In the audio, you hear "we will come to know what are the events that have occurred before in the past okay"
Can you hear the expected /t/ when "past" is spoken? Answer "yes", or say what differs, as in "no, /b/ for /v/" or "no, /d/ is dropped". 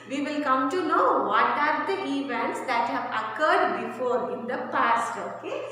yes